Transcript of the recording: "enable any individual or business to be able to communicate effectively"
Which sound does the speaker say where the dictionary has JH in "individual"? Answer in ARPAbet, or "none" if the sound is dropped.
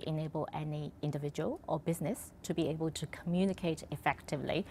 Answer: JH